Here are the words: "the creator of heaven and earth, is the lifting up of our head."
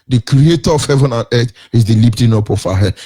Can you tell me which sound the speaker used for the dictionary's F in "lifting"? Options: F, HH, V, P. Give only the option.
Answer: P